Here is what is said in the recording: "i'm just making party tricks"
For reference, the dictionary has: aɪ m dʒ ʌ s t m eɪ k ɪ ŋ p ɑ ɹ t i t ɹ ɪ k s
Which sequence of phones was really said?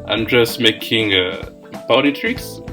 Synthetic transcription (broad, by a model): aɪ m dʒ ʌ s t m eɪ k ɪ ŋ b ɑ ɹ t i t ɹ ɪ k s